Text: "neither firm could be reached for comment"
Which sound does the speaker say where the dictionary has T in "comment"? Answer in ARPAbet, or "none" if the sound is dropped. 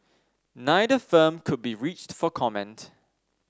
T